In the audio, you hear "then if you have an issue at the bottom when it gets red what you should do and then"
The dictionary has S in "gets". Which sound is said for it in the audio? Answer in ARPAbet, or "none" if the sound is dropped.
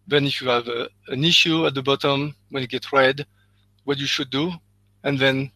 none